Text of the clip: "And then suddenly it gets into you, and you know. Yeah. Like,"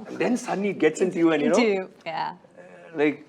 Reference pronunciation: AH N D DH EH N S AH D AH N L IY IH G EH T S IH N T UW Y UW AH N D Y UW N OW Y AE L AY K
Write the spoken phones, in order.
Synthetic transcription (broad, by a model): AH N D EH N S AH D N IY G EH T S IH N T UW Y UW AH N Y UW N OW Y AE L AY K